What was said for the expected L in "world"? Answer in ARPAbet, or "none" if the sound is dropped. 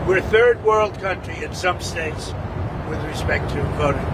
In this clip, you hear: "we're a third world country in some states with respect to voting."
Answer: L